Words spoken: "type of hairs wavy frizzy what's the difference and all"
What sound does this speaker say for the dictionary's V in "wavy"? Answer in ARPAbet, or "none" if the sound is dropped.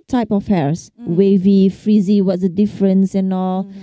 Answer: V